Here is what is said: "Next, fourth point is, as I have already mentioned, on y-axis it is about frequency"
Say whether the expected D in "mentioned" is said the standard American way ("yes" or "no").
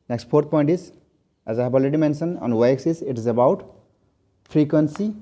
no